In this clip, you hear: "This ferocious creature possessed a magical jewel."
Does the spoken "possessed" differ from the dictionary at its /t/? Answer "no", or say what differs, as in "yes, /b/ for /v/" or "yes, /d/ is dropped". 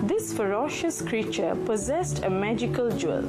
no